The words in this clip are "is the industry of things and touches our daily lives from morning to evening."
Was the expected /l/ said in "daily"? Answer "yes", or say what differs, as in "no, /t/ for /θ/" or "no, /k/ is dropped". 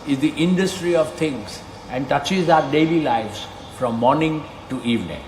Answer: yes